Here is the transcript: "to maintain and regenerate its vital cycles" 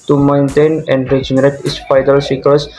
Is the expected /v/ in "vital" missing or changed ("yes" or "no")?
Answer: yes